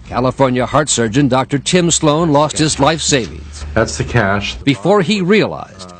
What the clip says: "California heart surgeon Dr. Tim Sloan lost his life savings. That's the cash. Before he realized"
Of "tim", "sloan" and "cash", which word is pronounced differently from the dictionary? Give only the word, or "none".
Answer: none